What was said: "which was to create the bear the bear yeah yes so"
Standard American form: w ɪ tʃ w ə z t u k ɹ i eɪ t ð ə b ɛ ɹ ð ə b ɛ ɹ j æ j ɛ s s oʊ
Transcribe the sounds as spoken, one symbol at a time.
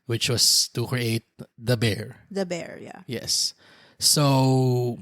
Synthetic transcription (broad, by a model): w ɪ tʃ w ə s t u k ɹ i eɪ t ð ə b ɛ ɹ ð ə b ɛ ɹ j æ j ɛ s s oʊ